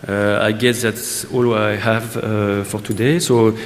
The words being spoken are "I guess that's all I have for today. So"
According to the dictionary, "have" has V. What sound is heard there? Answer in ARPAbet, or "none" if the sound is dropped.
V